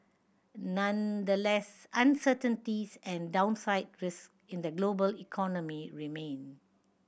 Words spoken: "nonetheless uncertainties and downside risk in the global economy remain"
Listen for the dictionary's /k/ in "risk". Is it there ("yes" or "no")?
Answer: yes